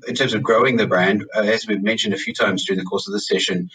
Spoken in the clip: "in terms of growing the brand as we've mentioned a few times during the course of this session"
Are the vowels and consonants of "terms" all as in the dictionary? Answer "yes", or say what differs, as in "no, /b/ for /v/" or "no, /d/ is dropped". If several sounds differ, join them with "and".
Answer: yes